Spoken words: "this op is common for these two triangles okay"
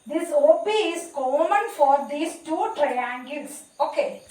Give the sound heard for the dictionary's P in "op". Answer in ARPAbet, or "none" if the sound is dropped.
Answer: B